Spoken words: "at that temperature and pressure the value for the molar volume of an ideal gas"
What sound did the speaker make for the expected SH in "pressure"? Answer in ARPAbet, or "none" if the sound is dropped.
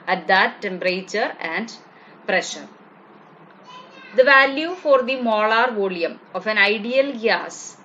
SH